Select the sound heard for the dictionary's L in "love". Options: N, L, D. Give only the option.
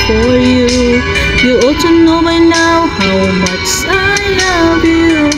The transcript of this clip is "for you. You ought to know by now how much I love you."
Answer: N